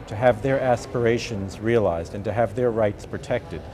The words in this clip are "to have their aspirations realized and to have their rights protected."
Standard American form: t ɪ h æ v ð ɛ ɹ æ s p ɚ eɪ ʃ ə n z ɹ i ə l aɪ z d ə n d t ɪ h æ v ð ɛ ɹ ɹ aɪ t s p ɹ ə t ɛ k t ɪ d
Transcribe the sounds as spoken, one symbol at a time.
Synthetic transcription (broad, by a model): t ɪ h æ v ð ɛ ɹ æ s p ɚ eɪ ʃ ə n z ɹ i ə l aɪ z d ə n t ɪ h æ v ð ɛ ɹ ɹ aɪ t s p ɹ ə t ɛ k t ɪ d